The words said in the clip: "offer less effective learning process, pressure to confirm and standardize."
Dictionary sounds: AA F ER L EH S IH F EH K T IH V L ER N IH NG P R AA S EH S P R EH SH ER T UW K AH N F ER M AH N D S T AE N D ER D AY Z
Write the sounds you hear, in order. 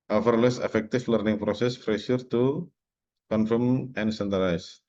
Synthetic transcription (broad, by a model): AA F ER L EH S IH F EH K T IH F L ER N IH NG P R AA S EH S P R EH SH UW T UW K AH N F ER M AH N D S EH N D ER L AY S